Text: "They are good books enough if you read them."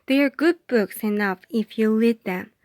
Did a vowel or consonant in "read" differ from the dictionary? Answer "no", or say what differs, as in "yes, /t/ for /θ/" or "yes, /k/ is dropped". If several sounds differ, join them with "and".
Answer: yes, /l/ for /ɹ/